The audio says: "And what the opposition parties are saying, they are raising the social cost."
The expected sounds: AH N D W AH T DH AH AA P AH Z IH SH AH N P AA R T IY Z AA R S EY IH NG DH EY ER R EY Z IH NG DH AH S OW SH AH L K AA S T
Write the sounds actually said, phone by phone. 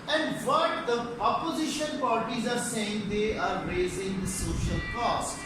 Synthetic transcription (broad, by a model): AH N D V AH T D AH AA P AH Z IH SH AH N P AA R T IY Z AA R S EY IH NG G EY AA R EY Z IH NG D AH S OW SH AH L K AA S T